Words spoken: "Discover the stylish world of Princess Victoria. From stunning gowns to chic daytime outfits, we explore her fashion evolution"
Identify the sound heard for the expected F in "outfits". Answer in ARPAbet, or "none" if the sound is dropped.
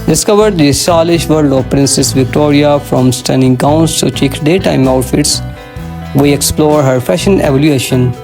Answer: F